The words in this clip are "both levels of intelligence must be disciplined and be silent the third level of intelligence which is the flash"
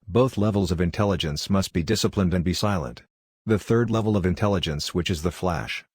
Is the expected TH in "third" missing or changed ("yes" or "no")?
no